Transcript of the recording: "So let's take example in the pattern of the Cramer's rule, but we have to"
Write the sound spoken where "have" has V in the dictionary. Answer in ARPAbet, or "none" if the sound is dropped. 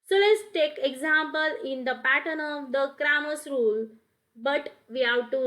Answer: W